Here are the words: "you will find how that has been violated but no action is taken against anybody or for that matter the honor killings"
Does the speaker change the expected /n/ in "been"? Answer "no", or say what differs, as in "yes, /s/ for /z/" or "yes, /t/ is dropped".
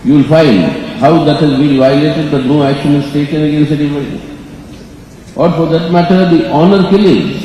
yes, /l/ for /n/